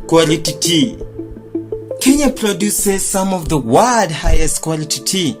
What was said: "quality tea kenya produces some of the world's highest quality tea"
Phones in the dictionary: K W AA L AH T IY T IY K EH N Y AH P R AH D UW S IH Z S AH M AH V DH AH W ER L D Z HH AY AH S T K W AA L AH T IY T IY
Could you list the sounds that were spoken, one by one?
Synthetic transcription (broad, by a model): K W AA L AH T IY T IY K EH N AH P R AH D UW S IH Z S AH M AH V DH AH W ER D HH AY AH S T K W AA L AH T IY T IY